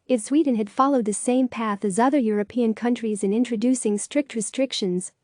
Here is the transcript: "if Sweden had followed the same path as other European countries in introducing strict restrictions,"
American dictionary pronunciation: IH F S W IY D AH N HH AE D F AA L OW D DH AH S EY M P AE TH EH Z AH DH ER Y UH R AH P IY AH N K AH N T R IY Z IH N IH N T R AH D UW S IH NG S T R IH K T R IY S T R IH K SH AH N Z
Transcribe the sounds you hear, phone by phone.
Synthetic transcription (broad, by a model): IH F S W IY D N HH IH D F AA L OW D DH AH S EY M P AE TH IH Z AH DH ER Y UH R AH P IY AH N K AH N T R IY Z IH N IH N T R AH D UW S IH NG S T R IH K T R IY S T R IH K SH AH N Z